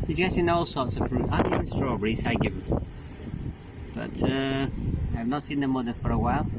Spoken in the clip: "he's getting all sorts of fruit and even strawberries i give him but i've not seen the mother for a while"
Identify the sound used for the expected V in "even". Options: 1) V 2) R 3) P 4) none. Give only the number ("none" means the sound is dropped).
4